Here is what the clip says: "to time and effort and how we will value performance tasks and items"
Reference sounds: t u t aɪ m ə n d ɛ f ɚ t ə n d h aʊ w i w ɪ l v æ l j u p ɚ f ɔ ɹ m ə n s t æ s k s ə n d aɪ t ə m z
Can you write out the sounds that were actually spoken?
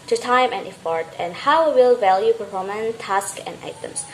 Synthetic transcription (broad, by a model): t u t aɪ m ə n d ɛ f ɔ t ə n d h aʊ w w ɪ l v æ l j u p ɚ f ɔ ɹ m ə n t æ s k ə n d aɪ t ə m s